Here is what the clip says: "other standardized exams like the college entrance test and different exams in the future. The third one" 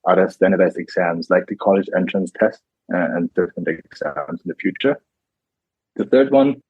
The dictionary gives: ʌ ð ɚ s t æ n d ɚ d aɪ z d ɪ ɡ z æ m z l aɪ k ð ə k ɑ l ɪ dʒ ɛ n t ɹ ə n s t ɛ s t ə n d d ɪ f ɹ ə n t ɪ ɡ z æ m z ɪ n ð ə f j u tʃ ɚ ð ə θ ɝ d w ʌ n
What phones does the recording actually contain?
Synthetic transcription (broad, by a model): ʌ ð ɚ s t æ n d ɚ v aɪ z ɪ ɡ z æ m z l aɪ k ð ə k ɑ l ɪ dʒ ɛ n t ɹ ə n s t ɛ s t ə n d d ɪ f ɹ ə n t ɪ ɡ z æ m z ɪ n ð ə f j u tʃ ɚ ð ə θ ɝ d w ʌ n